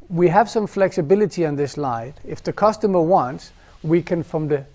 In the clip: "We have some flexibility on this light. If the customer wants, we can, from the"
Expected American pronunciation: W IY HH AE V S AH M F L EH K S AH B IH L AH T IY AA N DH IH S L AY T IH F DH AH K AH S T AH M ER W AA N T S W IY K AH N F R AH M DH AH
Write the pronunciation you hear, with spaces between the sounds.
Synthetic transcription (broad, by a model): W IY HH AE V S AH M F L EH K S AH B IH L AH T IY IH N DH IH S L AY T IH F DH AH K AH S T AH M ER W AA N T S W IY K AH N F R AH M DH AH